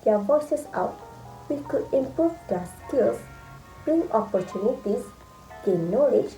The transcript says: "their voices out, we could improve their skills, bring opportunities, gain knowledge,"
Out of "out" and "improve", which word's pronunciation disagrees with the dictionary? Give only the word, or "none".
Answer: improve